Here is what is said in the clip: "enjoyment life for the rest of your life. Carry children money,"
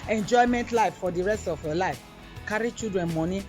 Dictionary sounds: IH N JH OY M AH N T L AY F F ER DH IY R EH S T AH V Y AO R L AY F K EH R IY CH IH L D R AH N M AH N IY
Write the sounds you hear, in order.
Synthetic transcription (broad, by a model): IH N JH OY M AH N T L AY F F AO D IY R EH S T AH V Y AO L AY F K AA R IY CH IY D R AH N M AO N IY